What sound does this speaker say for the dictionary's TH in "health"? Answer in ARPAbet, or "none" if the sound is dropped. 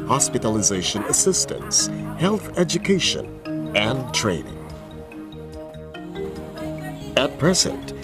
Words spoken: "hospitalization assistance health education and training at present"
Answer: TH